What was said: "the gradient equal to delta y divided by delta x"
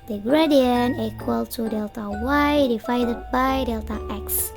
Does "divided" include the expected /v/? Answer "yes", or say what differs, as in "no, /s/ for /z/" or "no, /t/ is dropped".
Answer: no, /f/ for /v/